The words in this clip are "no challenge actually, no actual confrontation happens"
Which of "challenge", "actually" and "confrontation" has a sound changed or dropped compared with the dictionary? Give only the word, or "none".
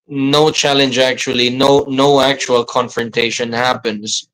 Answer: actually